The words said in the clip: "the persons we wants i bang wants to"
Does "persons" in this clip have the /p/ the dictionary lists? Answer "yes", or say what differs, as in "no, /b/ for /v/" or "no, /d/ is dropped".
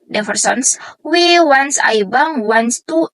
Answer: no, /f/ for /p/